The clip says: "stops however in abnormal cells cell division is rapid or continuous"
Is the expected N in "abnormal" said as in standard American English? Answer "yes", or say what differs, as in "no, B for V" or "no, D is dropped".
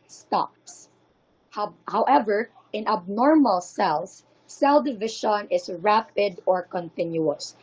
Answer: yes